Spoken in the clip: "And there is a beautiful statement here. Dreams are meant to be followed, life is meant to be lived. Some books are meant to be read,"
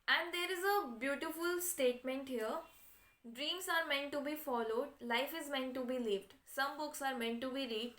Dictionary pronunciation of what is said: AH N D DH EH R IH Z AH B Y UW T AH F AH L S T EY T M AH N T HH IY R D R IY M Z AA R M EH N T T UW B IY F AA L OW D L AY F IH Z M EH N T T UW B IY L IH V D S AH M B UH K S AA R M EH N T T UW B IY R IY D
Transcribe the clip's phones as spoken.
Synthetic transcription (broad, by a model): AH N D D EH R IH Z AH B Y UW T AH F AH L S T EY T M AH N T HH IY R D R IY M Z AA R M EH N T T UW B IY F AA L OW D L AY F IH Z M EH N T T UW B IY L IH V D S AH M B UH K S AA R M EH N T T UW B IY R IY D